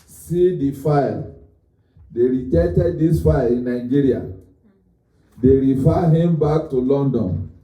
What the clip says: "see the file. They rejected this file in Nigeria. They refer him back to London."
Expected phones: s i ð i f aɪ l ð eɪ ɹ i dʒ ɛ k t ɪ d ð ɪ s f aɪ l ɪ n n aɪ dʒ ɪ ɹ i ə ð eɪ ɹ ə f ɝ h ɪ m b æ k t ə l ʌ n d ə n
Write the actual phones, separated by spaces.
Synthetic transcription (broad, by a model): s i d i f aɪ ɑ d eɪ ɹ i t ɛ t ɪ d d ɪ s f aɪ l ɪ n n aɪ dʒ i ɹ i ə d eɪ ɹ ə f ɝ h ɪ m b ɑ k t ə l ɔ n d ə n